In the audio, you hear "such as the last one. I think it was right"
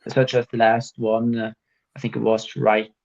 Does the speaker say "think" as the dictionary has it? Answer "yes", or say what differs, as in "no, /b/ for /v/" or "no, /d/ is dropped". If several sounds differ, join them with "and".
yes